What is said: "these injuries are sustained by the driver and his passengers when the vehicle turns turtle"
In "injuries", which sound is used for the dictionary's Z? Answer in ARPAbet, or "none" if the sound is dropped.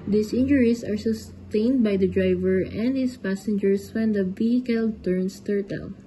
S